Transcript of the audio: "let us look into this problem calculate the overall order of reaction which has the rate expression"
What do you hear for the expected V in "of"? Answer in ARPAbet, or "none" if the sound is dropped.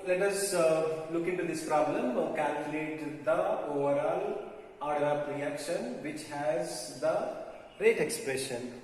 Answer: P